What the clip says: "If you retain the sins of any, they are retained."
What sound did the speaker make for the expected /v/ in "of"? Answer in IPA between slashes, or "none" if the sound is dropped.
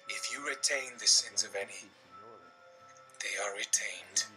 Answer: /v/